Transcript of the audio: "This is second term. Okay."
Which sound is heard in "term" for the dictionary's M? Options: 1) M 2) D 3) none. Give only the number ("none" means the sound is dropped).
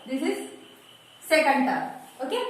3